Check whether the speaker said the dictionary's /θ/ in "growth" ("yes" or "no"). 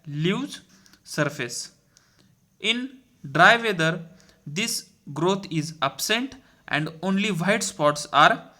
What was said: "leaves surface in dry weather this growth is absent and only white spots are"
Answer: no